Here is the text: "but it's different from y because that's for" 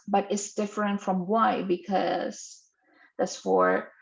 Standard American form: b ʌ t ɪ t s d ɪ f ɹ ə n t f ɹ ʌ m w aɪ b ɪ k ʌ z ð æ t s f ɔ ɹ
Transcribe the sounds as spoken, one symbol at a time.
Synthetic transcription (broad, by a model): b ʌ t ɪ t s d ɪ f ɹ ə n t f ɹ ʌ m w aɪ b ɪ k ʌ z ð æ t s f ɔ ɹ